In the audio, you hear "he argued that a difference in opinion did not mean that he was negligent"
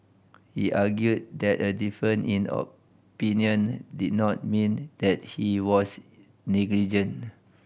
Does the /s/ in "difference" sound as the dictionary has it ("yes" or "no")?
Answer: no